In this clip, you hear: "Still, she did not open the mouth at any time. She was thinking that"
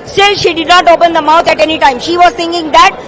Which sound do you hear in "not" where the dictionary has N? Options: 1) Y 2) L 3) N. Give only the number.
3